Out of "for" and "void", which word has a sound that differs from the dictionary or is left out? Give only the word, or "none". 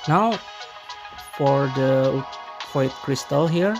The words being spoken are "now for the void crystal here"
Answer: void